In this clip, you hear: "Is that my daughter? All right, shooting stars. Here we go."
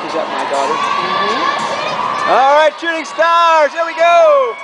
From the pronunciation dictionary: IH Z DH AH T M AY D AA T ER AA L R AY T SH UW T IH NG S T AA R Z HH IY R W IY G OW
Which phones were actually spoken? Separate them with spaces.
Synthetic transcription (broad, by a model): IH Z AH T M AY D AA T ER AA L R AY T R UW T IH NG S T AA R Z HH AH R W IY G OW